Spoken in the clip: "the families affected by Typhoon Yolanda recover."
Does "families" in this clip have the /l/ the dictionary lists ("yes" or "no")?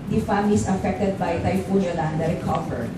no